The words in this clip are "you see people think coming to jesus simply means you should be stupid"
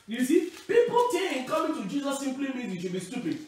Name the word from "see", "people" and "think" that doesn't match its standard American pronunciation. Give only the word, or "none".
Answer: think